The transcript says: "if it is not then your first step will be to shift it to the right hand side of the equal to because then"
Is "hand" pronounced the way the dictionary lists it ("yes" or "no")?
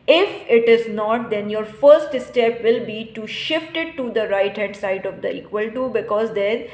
no